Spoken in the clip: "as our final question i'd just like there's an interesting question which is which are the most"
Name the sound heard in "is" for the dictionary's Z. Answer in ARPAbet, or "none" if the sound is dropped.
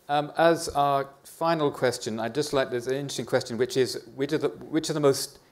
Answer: Z